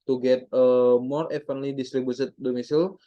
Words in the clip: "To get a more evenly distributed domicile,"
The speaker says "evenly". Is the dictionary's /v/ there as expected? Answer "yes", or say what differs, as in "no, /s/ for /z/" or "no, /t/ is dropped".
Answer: no, /f/ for /v/